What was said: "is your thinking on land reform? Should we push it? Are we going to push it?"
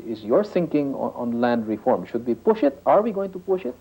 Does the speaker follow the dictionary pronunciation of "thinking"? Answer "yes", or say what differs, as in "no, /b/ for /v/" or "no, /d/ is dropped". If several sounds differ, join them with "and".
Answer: no, /s/ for /θ/